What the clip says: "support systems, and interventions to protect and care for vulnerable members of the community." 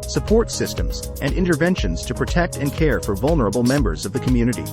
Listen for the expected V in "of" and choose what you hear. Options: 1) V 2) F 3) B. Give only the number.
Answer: 1